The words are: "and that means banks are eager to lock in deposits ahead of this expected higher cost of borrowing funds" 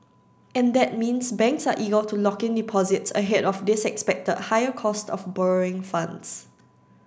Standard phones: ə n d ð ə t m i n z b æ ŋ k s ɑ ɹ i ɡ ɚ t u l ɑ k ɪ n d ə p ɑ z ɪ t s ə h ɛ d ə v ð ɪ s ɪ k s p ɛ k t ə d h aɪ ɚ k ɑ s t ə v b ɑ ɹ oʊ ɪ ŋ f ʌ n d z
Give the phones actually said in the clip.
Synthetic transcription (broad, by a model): ə n d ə t m i n s b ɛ ŋ k s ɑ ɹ i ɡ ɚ t u l ɑ k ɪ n d ə p ɑ z ɪ t s ə h ɛ d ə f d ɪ s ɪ k s p ɛ k t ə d h aɪ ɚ k ɑ s t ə f b ɑ ɹ oʊ ɪ ŋ f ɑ n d s